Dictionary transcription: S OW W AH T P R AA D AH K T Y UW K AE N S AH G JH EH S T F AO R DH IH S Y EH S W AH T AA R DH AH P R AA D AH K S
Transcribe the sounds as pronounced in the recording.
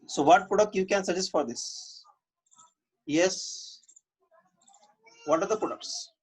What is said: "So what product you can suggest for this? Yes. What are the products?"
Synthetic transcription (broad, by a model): S OW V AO T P UH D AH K Y UW K AE N S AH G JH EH S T F AO R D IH S Y EH S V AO T AA R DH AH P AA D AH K S